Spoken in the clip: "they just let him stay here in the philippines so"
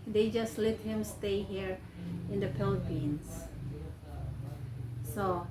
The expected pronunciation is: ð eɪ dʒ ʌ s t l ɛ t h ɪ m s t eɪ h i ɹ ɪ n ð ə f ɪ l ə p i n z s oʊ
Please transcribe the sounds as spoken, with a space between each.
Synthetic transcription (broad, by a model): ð eɪ dʒ ʌ s t l ɛ t h ɪ m s t eɪ h i ɹ ɪ n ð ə p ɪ l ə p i n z s oʊ